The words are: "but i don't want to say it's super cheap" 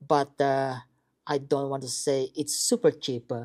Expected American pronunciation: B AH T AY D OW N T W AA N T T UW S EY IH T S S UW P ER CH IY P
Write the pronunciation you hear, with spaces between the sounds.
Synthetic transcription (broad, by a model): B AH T AY D OW N T W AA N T T UW S EY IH T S S UW P ER CH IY P